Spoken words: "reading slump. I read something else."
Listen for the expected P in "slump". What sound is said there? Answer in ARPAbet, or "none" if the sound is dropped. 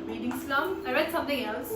none